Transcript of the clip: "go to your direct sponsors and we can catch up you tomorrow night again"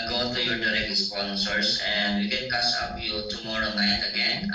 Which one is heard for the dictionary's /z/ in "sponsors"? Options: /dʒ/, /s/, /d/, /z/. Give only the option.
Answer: /s/